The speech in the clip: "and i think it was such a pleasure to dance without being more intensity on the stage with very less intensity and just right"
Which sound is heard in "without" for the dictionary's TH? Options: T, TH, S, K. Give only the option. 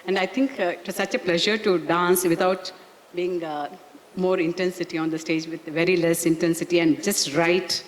T